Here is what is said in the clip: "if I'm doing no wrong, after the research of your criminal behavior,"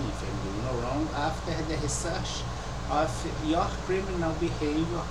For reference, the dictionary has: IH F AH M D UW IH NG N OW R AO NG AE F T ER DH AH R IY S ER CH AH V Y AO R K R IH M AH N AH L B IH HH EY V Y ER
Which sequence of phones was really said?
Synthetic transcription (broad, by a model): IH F AH M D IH N OW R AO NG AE F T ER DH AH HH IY S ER SH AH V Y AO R K R IH M AH N AH L B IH HH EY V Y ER